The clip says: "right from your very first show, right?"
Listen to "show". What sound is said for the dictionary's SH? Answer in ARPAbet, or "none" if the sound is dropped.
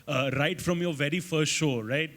SH